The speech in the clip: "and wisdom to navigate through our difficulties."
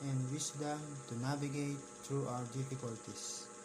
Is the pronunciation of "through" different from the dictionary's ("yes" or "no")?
yes